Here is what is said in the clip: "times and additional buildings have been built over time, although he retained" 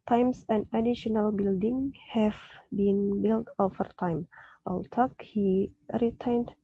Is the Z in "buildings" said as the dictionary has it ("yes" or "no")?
no